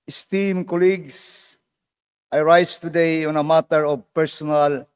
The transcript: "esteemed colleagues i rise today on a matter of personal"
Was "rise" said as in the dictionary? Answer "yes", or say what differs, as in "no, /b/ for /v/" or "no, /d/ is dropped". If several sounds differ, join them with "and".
no, /s/ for /z/